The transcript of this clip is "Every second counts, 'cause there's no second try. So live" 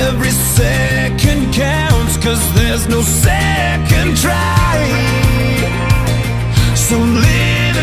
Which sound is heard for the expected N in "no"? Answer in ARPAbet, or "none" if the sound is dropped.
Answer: N